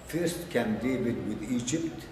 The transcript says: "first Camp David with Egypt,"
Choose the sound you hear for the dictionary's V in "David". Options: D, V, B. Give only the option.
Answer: B